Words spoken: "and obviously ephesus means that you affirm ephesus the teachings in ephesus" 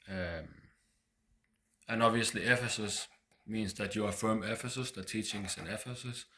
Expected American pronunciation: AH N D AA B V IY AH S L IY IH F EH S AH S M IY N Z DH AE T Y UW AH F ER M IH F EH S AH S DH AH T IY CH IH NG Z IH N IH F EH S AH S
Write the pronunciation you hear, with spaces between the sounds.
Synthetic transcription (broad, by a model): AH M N AA B V IY AH S L IY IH F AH S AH S M IY N S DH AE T Y UW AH F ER M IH F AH S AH S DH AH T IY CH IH NG S IH N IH F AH S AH S